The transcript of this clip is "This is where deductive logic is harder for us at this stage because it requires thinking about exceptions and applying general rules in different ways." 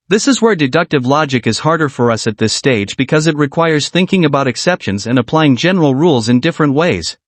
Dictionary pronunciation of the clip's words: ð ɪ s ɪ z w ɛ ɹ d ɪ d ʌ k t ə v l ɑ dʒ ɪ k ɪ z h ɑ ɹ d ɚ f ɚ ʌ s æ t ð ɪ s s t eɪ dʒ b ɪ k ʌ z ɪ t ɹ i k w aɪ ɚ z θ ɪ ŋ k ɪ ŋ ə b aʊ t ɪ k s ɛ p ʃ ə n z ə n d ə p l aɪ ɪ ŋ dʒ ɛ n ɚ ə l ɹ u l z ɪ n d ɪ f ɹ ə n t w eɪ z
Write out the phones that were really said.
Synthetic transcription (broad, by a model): ð ɪ s ɪ z w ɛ ɹ d ɪ d ʌ k t ə v l ɑ dʒ ɪ k ɪ z h ɑ ɹ d ɚ f ɚ ʌ s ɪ t ð ɪ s s t eɪ dʒ b ɪ k ʌ z ɪ t ɹ i k w aɪ ɚ z θ ɪ ŋ k ɪ ŋ ə b aʊ t ɪ k s ɛ p ʃ ə n z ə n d ə p l aɪ ɪ ŋ dʒ ɛ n ɚ l ɹ u l z ɪ n d ɪ f ɹ ə n t w eɪ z